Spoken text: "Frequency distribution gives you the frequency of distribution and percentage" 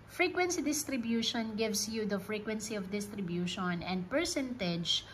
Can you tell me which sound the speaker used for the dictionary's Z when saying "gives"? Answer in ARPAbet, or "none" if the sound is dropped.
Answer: S